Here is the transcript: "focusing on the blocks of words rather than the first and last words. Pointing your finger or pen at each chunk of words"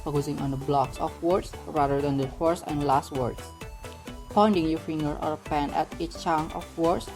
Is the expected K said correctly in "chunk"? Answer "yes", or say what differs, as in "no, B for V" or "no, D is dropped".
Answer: no, K is dropped